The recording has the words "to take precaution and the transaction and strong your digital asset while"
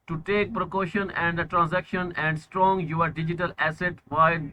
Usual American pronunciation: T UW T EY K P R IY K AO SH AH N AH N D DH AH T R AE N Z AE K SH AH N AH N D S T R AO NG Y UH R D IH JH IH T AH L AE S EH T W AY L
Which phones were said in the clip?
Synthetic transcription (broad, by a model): T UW T EY K P R IY K AO SH AH N AH N D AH T R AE N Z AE K SH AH N AH N D S T R AO NG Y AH R D IH JH IH T AH L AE S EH T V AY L